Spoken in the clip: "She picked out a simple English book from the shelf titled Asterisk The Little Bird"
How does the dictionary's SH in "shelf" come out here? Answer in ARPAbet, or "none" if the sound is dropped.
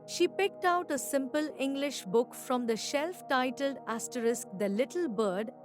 SH